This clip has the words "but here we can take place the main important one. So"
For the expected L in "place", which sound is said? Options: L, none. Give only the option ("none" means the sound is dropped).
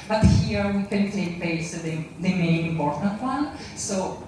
none